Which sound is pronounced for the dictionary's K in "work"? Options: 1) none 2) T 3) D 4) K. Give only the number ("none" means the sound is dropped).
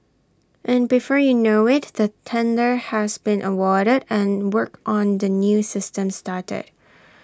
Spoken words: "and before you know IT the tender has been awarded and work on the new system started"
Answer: 4